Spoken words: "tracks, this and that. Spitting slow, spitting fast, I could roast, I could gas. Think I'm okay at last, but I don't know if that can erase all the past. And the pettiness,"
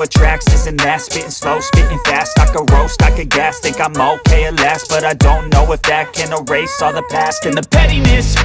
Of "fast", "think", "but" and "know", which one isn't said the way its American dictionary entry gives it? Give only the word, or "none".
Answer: think